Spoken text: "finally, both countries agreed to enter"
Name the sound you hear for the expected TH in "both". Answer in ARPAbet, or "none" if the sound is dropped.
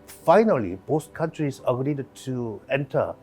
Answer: S